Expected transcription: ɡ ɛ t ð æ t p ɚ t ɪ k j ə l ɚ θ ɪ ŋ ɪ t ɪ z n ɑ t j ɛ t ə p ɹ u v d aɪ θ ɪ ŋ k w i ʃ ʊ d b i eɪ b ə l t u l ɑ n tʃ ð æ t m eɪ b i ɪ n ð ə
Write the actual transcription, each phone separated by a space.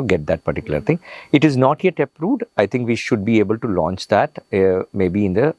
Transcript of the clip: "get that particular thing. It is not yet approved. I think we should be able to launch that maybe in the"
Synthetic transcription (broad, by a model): ɡ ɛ t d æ t p ɚ t ɪ k j ə l ɚ t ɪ ŋ ɪ t ɪ z n ɑ t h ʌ t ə p ɹ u d aɪ t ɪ ŋ k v i ʃ ʊ d b i eɪ b ə l t u l ɑ n tʃ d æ t m eɪ b i ɪ n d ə